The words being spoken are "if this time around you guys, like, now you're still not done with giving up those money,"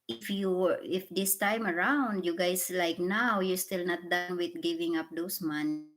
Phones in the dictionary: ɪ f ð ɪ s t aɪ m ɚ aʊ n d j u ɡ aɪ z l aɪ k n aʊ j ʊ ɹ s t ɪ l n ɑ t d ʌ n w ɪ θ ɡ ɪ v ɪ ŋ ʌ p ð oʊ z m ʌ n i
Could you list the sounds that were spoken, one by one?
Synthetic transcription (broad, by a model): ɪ f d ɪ s t aɪ m ɚ aʊ n d j u ɡ aɪ s l aɪ k n aʊ j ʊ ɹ s t ɪ l n ɑ t d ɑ n w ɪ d ɡ ɪ v ɪ ŋ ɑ p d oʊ s m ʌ n